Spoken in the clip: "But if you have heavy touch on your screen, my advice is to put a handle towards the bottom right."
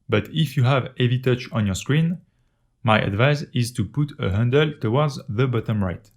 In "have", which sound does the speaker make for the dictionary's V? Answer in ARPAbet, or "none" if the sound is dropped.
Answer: V